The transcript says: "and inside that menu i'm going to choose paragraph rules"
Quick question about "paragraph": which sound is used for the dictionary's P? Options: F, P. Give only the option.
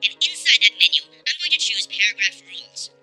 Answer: P